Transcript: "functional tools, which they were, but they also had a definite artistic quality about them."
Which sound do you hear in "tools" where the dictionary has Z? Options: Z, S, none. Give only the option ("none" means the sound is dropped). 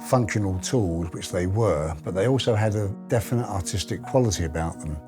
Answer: Z